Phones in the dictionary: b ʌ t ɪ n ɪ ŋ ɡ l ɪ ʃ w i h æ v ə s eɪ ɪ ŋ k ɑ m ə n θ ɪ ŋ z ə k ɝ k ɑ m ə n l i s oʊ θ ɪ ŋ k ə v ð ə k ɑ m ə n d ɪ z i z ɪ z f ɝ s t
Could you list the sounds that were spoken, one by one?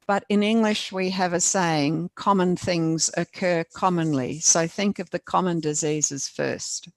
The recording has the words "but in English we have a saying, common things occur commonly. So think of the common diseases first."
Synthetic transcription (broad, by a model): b ʌ t ɪ n ɪ ŋ ɡ l ɪ ʃ w i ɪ v ə s eɪ ɪ ŋ k ɑ m ə n θ ɪ ŋ z ə k ɝ k ɑ m ə n l i s oʊ θ ɪ ŋ k ə v ð ə k ɑ m ə n d ɪ z i z ɪ z f ɝ s t